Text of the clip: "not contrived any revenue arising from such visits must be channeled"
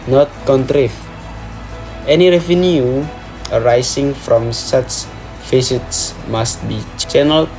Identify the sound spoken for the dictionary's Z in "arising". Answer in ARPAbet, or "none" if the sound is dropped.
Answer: S